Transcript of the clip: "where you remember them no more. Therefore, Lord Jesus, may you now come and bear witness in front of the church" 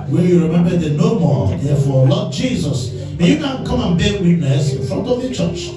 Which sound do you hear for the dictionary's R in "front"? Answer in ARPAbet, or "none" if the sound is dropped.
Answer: R